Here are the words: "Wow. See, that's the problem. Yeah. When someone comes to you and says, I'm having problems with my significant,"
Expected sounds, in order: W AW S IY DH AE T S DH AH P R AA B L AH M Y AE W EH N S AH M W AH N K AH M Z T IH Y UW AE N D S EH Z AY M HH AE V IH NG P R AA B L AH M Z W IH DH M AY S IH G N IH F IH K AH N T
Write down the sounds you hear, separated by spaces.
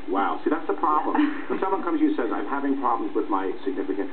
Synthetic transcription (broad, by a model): W AW S IY DH AE T S DH AH P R AA B L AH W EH N S AH M W AH N K AH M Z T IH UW S EH Z AY M HH AE V IH NG P R AA B L AH M Z W IH DH M AY S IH G N IH F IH K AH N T